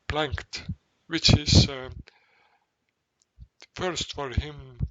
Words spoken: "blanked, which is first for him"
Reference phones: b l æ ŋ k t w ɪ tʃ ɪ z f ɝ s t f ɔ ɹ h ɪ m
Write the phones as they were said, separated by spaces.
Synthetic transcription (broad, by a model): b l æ ŋ k t w ɪ tʃ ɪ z f ɝ s t f ɔ ɹ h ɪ m